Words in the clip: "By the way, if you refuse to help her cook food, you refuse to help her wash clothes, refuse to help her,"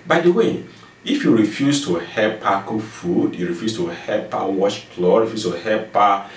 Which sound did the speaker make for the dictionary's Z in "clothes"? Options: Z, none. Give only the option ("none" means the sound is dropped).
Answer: none